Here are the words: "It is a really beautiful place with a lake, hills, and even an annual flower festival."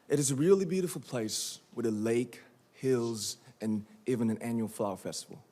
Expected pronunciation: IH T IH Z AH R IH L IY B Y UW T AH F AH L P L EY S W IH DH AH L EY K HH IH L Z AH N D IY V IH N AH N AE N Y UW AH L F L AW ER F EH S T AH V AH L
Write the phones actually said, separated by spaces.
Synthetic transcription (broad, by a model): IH T IH Z AH R IH L IY B Y UW T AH F L P L EY S W IH DH AH L EY K HH IH L Z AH N IY V IH N AH N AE N Y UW L F L AW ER F EH S T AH V L